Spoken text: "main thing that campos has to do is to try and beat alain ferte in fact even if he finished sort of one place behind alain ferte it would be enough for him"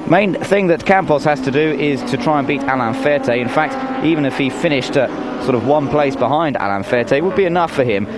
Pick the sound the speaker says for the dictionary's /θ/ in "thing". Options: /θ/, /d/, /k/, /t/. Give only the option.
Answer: /θ/